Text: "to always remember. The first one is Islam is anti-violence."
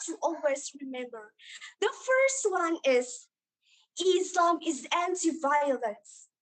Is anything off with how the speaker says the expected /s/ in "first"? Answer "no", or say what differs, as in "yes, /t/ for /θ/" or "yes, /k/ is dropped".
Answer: no